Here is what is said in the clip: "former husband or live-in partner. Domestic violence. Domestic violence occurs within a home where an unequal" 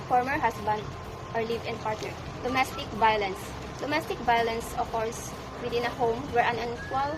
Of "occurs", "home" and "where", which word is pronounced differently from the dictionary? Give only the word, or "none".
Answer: occurs